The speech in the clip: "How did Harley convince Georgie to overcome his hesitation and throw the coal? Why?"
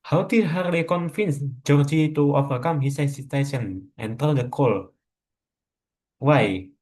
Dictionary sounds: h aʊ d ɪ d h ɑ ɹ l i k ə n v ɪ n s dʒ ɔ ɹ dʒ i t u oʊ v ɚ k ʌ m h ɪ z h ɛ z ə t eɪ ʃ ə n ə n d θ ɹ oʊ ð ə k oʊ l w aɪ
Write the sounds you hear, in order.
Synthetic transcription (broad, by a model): h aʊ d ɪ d h ɑ ɹ l i k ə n f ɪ n s dʒ ɔ ɹ dʒ i t u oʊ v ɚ k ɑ m h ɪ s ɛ s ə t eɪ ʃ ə n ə n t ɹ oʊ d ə k oʊ l w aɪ